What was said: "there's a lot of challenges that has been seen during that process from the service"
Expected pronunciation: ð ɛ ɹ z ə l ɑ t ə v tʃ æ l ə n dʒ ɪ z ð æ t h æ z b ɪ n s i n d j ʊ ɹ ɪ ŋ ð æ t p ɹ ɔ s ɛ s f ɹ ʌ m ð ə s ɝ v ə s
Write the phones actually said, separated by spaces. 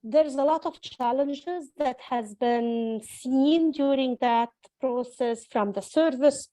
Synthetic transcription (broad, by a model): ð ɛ ɹ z ə l ɑ t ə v tʃ æ l ə n dʒ ɪ z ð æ t h æ z b ɪ n s i n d j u ɹ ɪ ŋ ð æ t p ɹ ɔ s ɛ s f ɹ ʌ m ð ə s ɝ v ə s